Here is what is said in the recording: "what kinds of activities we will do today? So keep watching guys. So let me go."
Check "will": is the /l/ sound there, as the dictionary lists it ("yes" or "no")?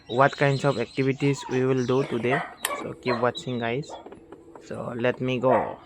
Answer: yes